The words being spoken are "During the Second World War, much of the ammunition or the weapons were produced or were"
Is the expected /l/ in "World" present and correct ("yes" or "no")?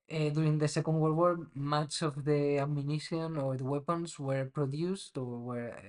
no